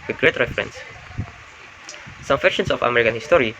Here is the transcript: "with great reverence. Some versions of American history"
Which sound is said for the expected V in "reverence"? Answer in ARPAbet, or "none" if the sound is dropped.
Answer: F